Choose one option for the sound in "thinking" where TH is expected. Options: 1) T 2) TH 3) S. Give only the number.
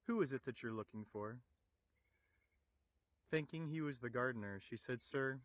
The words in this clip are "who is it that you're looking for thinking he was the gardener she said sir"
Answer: 2